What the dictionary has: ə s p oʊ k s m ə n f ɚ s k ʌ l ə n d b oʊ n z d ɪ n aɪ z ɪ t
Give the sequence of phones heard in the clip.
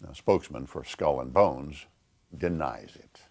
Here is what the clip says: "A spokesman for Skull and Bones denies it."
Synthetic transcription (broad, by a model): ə s p oʊ k s m ə n f ɚ s k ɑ l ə n b oʊ n z d ɪ n aɪ z ɪ t